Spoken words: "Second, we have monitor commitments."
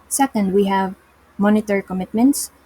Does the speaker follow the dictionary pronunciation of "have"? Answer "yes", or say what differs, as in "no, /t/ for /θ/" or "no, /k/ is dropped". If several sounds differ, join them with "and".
yes